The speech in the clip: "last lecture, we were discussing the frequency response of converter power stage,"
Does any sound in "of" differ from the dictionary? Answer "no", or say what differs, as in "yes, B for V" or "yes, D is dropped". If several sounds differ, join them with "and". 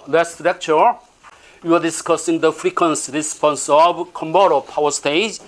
yes, B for V